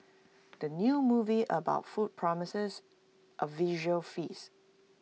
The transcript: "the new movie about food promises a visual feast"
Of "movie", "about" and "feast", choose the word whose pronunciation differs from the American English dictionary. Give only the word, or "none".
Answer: feast